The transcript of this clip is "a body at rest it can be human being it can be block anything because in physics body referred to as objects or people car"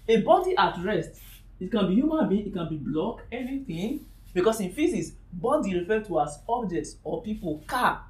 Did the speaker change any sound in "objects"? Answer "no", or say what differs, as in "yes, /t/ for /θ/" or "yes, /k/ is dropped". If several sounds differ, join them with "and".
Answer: no